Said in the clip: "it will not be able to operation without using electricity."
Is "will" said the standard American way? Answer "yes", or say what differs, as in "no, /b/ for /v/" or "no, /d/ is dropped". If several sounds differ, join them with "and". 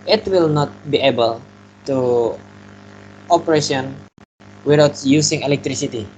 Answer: yes